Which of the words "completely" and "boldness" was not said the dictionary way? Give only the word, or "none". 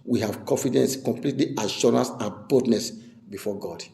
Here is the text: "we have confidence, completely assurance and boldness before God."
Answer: boldness